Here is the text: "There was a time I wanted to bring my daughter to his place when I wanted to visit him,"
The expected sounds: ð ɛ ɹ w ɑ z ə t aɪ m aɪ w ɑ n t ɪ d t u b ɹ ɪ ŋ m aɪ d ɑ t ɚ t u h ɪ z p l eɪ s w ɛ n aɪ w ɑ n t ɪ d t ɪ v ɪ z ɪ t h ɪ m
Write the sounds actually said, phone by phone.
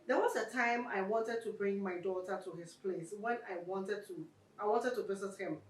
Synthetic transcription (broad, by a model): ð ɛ w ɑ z ə t aɪ m aɪ w ɑ n t ɪ d t u b ɹ ɪ ŋ m aɪ d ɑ t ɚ t u h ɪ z p l eɪ s w ɛ n aɪ w ɑ n t ɪ d t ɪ w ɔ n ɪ t h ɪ m